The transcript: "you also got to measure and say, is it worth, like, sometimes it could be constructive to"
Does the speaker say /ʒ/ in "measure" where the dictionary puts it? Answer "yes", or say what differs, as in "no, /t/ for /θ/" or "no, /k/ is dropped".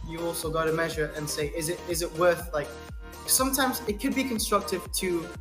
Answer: yes